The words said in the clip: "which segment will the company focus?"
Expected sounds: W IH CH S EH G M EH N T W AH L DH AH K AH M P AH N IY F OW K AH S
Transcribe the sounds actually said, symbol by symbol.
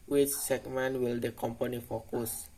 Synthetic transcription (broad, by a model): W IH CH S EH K M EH N W AH L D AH K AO M P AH N IY F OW K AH S